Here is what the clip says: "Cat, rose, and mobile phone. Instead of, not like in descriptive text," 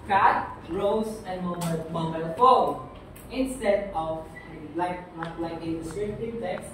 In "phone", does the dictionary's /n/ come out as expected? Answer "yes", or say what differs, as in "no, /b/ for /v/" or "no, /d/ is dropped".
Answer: no, /n/ is dropped